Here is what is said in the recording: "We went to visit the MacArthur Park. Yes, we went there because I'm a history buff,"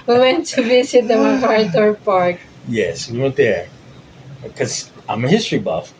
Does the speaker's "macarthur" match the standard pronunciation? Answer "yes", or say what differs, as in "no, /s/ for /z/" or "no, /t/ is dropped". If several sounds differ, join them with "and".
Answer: no, /t/ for /θ/